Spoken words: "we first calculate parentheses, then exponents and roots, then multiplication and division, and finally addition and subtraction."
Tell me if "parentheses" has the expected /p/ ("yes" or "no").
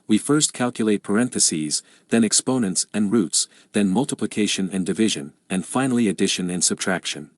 yes